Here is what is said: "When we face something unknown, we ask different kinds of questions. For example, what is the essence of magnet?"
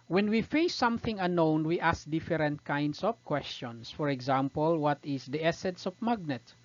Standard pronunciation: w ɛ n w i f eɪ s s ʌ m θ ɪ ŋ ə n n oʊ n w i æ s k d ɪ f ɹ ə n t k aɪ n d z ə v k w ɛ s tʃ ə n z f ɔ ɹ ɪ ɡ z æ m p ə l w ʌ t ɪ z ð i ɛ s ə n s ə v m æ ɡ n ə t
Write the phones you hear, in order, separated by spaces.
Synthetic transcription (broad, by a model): w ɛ n w i f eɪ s s ʌ m θ ɪ ŋ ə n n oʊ n w i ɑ s k d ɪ f ɹ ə n t k aɪ n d s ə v k w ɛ s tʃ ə n s f ɔ ɹ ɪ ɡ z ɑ m p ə l w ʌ t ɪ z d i ɛ s ə n s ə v m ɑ ɡ n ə t